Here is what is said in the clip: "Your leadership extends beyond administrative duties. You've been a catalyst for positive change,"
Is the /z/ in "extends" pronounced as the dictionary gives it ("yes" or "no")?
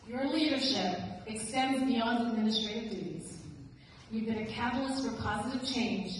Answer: yes